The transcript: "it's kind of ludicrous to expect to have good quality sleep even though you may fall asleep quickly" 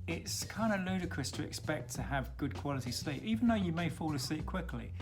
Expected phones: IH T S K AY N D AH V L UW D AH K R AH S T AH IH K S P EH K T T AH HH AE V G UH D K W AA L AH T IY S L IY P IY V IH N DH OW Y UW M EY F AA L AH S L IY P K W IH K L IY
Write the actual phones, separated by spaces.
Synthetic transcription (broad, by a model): IH T S K AY N D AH L UW D AH K R AH S T AH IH K S P EH K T T AH V G UH D K W AA L AH T IY S L IY P IY V IH N DH OW Y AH M EY F AA L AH S IY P K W IH K L IY